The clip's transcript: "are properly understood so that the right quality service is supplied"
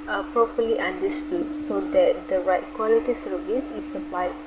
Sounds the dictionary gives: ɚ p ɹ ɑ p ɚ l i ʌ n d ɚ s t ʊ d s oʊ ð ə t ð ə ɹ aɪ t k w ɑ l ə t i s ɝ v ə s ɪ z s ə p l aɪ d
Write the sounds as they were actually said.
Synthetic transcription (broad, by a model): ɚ p ɹ ɑ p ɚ l i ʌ n d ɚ s t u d s oʊ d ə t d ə ɹ aɪ t k w ɑ l ə t i s ɝ v ə s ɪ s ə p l aɪ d